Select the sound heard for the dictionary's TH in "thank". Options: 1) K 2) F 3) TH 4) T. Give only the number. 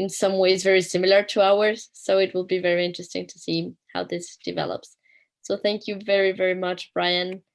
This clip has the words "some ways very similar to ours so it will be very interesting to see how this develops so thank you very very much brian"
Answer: 3